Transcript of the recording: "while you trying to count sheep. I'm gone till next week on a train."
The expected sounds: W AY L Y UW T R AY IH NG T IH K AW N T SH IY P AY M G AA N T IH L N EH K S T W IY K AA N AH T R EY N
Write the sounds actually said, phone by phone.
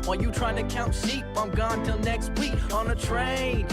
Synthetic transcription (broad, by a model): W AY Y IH T R AY IH NG T IH K AW N T S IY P AY M G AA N T IH L N EH K S T W IY K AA N AH T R EY N